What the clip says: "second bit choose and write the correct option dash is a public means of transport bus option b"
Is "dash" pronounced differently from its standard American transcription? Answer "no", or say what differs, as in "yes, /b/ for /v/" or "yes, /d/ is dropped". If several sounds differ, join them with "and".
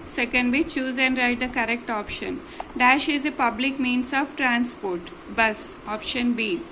no